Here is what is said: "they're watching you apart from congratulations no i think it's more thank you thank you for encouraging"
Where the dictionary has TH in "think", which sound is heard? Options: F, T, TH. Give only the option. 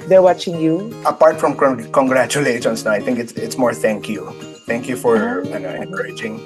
T